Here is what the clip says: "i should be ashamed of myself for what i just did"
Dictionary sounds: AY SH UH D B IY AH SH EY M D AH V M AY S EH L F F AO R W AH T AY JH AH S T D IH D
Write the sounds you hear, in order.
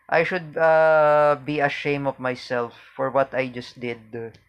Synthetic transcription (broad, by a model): AY SH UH D B IY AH SH EY M AH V M AY S EH L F F AO R W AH T AY JH AH S T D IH D